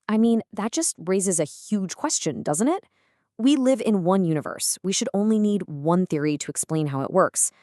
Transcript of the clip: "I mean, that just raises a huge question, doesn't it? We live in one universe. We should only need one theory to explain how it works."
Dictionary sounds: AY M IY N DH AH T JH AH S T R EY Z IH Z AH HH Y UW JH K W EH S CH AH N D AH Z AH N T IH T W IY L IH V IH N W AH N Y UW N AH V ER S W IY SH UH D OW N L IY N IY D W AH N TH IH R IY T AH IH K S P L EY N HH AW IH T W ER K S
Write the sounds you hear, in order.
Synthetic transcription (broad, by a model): AY M IY N DH AH T JH AH S T R EY Z IH Z AH HH Y UW JH K W EH S CH AH N D AH Z AH N T IH T W IY L IH V IH N W AH N Y UW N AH V ER S W IY SH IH D OW N L IY N IY D W AH N TH IH R IY T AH IH K S P L EY N HH AW IH T W ER K S